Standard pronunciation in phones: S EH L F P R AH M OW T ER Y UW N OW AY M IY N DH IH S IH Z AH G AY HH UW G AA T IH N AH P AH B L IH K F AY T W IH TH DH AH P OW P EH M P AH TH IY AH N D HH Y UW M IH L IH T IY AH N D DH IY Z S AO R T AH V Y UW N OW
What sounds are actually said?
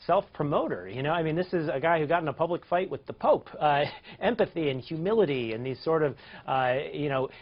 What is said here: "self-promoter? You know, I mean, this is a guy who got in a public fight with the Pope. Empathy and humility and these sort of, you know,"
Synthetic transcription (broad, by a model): S EH L F P R AH M OW T ER Y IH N OW AY M IY N DH IH S IH Z AH G AY HH UW G AA T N AH P AH B L IH K F AY T W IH DH AH P OW P EH M P AH TH IY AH N HH Y UW M IH L IH T IY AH N DH IY Z S AO R T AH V Y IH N OW